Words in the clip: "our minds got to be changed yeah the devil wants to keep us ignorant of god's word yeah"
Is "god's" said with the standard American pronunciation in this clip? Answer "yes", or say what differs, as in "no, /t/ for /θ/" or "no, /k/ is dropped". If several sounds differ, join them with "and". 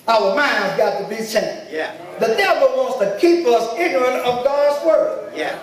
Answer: yes